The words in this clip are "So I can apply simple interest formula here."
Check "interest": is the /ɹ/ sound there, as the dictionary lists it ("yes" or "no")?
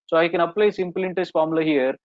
no